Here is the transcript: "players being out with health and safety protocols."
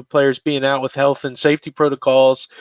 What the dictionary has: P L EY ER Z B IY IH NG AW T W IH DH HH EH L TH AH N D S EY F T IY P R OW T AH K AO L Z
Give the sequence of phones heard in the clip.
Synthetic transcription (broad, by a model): P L EY ER Z B IY IH NG AW T W IH DH HH EH L TH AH N S EY F T IY P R OW T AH K AO L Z